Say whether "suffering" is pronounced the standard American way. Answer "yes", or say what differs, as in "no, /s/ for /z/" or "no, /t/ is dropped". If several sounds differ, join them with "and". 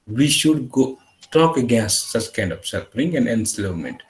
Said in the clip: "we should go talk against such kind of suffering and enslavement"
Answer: no, /p/ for /f/